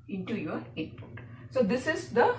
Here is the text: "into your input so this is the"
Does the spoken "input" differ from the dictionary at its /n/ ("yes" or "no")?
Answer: yes